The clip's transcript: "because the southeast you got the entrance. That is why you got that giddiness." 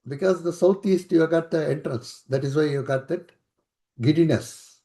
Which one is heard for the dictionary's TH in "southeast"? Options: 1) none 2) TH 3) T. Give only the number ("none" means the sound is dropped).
3